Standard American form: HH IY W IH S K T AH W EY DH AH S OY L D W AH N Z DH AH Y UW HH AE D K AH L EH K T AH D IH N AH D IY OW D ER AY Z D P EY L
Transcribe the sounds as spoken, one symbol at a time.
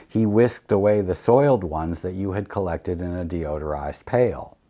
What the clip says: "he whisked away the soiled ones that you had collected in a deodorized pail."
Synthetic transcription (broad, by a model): HH IY W IH S K T AH W EY DH AH S OY L D W AH N Z DH AH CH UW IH D K AH L EH K T AH D IH N AH D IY OW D ER AY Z P EY L